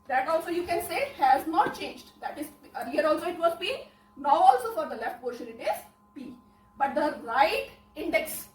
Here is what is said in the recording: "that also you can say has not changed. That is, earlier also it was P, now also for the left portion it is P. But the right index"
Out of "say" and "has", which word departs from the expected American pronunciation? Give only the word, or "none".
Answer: none